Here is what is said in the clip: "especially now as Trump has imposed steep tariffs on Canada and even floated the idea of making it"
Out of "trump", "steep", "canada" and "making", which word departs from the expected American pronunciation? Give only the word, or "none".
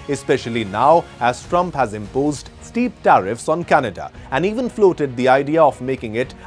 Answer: none